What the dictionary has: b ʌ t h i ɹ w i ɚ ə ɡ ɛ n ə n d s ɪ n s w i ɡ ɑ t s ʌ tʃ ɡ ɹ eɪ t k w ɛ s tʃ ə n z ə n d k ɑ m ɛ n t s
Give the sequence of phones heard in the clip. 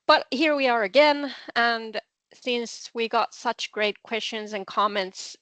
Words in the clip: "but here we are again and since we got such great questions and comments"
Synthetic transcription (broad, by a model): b ʌ t h i ɹ w i ɚ ə ɡ ɛ n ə n s ɪ n s w i ɡ ɑ t s ʌ tʃ ɡ ɹ eɪ t k w ɛ s tʃ ə n z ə n k ɑ m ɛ n t s